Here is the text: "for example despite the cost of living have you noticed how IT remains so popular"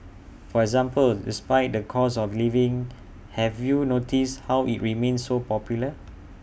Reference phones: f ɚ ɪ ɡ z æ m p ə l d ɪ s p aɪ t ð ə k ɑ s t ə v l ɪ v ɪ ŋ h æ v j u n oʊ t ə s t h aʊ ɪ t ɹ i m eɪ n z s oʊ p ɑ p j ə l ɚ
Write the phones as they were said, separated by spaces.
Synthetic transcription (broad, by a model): f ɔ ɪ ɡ z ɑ m p ə l d ɪ s p aɪ t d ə k ɑ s ə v l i v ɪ ŋ h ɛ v j u n oʊ t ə s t h aʊ ɪ t ɹ i m eɪ n s oʊ p ɑ p j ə l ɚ